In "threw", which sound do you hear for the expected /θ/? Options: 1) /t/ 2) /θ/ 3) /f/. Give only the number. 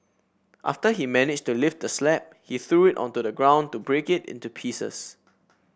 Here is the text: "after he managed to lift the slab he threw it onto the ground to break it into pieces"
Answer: 2